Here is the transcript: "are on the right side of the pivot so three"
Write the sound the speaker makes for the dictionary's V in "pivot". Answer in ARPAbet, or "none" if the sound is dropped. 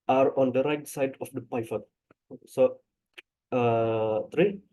F